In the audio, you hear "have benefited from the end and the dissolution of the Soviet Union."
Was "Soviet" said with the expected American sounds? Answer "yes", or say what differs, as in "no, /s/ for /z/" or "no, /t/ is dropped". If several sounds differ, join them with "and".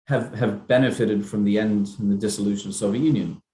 yes